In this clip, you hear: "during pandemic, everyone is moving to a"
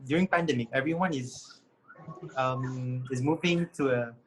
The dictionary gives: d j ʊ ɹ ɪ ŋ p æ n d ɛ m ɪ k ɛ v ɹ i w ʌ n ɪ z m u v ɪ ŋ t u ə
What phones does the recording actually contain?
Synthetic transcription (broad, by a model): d j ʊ ɹ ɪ ŋ p æ n d ɛ m ɪ k ɛ v ɹ i w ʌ n ɪ z m u v ɪ ŋ t u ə